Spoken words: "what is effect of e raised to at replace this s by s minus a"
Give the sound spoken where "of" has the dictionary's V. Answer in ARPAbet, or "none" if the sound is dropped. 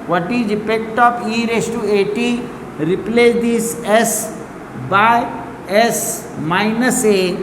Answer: P